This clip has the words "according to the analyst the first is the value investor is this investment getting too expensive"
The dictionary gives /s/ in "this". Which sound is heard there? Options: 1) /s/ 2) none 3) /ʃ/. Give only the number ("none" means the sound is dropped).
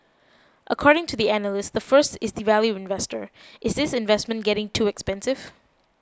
1